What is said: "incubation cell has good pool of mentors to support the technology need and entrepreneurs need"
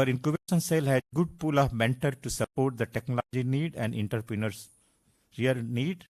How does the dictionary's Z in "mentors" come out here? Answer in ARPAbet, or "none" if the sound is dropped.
none